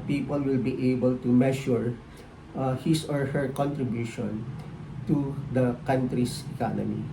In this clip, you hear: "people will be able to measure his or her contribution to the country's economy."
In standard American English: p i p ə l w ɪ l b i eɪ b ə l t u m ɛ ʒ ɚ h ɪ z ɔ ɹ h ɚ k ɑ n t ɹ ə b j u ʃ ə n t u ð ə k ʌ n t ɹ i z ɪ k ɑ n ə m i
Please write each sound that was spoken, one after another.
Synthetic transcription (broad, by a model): p i p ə l w ɪ l b i eɪ b ə l t u m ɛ ʃ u h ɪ s ɔ ɹ h ɚ k ɑ n t ɹ ə b j u ʃ ə n t u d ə k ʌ n t ɹ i s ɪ k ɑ n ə m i